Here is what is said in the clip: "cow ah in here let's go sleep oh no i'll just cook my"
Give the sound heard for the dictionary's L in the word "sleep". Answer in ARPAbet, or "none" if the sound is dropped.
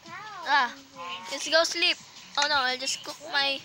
L